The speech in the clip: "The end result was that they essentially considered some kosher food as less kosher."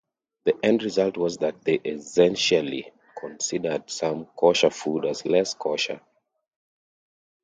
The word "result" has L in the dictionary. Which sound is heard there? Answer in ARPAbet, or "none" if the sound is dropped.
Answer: L